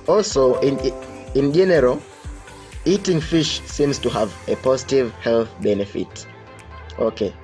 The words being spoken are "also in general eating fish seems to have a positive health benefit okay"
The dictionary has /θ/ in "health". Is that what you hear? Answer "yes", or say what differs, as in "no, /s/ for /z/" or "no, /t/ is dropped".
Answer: yes